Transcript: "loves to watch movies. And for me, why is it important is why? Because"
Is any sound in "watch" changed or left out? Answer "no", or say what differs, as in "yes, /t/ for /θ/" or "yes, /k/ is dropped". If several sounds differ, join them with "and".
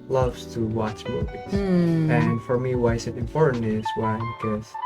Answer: no